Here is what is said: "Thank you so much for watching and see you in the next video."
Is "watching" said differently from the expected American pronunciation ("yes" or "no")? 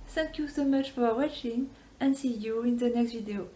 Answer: no